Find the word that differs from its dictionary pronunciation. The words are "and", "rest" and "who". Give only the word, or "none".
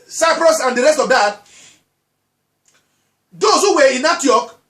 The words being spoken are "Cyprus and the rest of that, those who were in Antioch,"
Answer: none